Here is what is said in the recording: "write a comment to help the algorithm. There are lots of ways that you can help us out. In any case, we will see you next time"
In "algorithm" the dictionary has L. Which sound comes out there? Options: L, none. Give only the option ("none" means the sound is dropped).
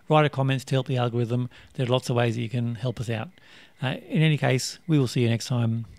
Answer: L